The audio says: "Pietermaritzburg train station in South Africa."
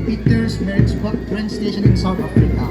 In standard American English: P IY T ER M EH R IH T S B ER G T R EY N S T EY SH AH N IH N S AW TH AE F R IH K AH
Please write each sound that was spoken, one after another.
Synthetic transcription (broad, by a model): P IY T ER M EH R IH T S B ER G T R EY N S T EY SH AH N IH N S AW T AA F R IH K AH